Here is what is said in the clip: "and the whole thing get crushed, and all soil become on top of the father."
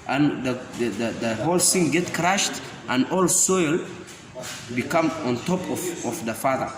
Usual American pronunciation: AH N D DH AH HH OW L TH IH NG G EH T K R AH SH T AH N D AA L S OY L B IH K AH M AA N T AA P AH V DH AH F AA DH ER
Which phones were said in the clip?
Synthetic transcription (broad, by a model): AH N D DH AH HH OW L S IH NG G EH T K R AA SH T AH N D AA L S OY L B IH K AH M AA N T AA P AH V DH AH F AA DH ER